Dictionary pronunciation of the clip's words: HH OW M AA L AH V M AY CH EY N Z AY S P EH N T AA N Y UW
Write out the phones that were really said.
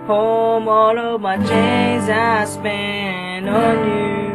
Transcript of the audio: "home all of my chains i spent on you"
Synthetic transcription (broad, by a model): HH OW M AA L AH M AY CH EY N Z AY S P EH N AA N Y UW